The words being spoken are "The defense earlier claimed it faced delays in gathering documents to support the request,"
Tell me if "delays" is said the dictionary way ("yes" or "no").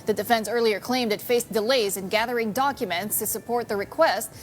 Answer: yes